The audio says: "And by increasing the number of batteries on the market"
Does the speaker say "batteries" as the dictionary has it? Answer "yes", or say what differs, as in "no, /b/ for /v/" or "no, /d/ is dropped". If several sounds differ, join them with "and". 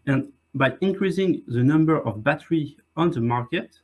no, /z/ is dropped